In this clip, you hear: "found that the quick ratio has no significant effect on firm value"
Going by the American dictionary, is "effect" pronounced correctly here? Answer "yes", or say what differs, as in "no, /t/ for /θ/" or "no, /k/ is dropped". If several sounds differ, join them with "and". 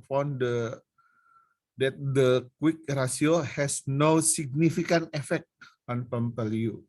yes